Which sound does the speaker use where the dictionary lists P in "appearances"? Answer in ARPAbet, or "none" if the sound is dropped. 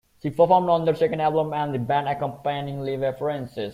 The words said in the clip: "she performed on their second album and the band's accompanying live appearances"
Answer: F